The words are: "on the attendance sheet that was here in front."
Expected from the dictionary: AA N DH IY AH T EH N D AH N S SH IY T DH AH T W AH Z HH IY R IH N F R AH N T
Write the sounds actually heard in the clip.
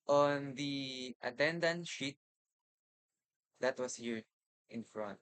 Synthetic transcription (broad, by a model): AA N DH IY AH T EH N D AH N SH IY T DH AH T W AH S HH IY R IH N F R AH N T